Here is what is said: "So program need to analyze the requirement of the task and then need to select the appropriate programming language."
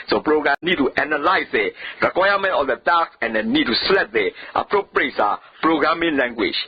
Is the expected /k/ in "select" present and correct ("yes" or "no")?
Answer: no